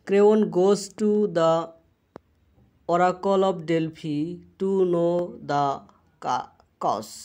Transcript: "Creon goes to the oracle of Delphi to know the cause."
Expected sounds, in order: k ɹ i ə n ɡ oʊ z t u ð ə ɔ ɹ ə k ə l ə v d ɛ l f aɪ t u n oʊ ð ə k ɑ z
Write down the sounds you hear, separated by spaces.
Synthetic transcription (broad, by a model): k ɹ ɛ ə n ɡ oʊ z t u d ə ɔ ɹ ə k ə l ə p d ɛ l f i t u n oʊ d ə k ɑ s